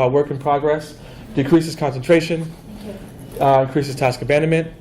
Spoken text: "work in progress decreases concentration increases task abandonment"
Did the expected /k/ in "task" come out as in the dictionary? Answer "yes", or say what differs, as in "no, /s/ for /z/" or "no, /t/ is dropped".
yes